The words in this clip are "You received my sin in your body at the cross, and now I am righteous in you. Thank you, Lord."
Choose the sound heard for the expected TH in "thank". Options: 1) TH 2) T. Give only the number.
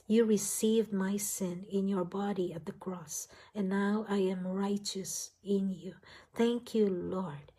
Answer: 1